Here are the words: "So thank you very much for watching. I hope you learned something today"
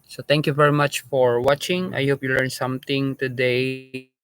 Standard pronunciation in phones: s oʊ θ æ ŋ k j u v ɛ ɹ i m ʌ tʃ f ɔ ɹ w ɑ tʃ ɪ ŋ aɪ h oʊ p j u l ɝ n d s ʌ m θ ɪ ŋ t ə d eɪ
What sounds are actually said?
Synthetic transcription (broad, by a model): s oʊ t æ ŋ k j u v ɛ ɹ i m ʌ tʃ f ɔ ɹ w ɑ tʃ ɪ ŋ aɪ h oʊ p j u l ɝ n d s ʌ m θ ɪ ŋ t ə d eɪ